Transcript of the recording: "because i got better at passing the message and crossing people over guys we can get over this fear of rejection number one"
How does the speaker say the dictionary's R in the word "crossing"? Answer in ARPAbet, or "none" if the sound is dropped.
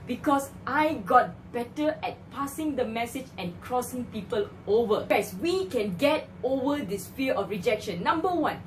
R